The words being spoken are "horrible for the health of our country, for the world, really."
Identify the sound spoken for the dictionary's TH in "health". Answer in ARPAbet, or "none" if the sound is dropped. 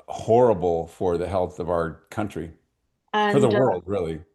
TH